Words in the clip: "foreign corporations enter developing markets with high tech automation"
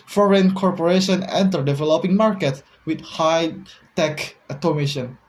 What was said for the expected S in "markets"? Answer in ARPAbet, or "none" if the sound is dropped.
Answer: none